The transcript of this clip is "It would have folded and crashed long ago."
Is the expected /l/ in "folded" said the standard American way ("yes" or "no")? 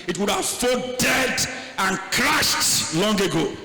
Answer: no